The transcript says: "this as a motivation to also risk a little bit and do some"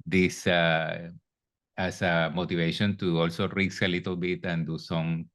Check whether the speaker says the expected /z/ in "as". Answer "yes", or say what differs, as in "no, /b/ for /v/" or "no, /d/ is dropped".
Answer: no, /s/ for /z/